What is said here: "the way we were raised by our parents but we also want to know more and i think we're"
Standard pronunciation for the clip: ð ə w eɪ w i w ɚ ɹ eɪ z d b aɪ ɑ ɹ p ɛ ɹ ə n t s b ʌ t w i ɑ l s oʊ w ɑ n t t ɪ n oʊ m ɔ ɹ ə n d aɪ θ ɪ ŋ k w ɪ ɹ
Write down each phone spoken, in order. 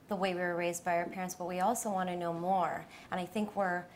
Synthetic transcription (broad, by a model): ð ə w eɪ w i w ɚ ɹ eɪ z d b aɪ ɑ ɹ p ɛ ɹ ə n t s b ʌ t w i ɑ l s oʊ w ɑ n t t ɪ n oʊ m ɔ ɹ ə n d aɪ θ ɪ ŋ k w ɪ ɹ